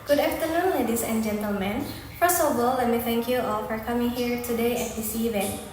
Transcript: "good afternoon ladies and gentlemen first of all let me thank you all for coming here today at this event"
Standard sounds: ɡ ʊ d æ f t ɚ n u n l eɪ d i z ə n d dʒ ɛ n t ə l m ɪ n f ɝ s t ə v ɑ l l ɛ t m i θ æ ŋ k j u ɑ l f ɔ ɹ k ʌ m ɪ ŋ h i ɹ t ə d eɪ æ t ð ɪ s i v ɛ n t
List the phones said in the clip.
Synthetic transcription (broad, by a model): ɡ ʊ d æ f t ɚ n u n l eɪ d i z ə n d dʒ ɛ n t ə l m ɪ n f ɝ s ə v ɑ l l ɛ t m i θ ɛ ŋ k j u ɑ l f ɔ ɹ k ʌ m ɪ ŋ h i ɹ t ə d eɪ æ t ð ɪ s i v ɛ n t